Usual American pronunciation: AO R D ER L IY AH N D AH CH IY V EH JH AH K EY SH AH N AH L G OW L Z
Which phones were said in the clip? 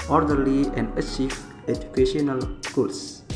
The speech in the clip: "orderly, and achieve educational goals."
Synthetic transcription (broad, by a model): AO R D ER L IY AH N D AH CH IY F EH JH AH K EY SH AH N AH L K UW L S